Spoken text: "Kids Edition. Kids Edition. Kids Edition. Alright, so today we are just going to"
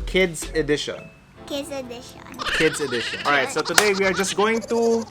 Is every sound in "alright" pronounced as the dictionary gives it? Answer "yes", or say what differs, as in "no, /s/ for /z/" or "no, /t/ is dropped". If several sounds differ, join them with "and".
no, /l/ is dropped